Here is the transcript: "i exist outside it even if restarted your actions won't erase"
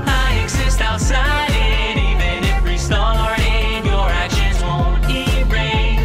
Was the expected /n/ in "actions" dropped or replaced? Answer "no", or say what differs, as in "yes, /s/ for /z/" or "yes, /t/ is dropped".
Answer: yes, /n/ is dropped